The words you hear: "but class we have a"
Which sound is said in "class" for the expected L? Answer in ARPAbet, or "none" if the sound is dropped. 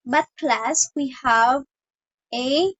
L